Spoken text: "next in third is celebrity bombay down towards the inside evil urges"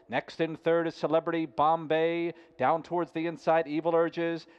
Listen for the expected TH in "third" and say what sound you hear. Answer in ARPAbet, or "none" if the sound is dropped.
TH